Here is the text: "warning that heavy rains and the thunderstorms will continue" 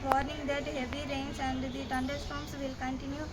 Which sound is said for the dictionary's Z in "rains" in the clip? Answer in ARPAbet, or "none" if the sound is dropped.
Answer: S